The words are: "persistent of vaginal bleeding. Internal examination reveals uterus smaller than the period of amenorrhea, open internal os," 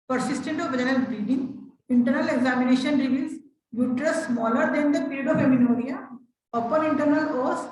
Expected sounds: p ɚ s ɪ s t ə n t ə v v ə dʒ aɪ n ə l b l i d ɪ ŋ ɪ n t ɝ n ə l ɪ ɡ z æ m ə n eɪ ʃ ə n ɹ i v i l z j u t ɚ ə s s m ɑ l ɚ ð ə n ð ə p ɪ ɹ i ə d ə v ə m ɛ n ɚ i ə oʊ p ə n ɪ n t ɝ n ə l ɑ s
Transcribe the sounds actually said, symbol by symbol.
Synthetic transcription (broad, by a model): p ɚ s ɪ s t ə n t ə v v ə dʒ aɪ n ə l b i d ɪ ŋ ɪ n t ɝ n ə l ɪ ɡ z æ m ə n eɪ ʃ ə n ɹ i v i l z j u t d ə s s m ɑ l ɚ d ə n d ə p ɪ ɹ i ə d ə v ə m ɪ n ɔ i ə oʊ p ə n ɪ n t ɝ n ə l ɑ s